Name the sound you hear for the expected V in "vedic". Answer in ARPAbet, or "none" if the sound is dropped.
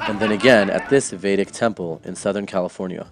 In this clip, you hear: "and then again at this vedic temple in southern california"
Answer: V